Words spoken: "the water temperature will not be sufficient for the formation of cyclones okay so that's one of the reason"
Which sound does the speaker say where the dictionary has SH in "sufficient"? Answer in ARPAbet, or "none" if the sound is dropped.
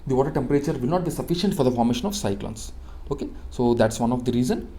SH